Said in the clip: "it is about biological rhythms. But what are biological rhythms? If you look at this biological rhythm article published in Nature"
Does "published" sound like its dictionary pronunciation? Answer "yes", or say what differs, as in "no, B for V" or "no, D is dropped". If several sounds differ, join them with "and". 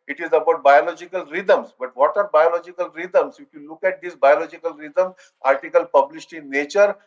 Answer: no, S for SH